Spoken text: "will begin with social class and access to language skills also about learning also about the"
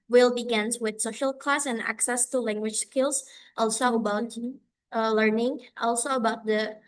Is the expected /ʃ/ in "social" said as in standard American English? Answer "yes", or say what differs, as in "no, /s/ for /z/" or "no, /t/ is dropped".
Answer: yes